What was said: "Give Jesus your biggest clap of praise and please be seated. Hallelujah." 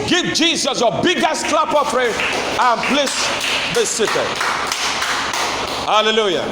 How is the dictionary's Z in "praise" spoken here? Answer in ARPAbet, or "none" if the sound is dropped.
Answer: none